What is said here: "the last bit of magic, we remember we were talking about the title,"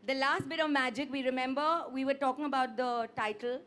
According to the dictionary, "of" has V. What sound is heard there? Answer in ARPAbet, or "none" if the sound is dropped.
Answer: V